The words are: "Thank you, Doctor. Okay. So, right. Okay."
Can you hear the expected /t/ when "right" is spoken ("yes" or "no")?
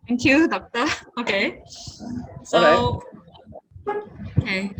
no